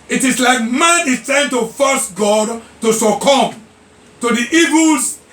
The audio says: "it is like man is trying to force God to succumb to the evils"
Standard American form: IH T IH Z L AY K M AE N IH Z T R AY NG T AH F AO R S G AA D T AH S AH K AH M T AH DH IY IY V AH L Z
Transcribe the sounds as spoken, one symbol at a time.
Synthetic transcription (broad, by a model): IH T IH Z L AY K M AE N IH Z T AY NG T AH F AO S G AA D T AH S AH K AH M T AH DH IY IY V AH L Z